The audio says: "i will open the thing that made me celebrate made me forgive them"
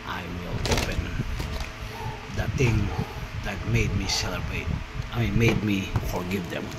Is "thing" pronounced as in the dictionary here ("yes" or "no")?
no